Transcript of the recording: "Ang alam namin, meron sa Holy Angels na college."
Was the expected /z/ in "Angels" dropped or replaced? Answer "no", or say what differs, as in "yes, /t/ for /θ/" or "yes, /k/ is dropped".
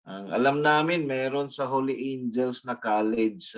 yes, /s/ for /z/